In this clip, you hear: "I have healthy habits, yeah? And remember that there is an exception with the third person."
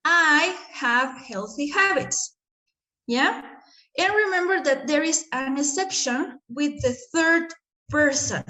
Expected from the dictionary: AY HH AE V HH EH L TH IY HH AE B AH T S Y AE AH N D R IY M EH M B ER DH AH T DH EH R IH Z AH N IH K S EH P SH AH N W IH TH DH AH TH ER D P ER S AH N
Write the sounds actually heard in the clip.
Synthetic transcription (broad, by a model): AY HH AE V HH EH L TH IY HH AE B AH T S Y AE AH N R IY M EH M B ER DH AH T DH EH R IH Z AH N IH S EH P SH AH N W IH DH AH TH ER D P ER S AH N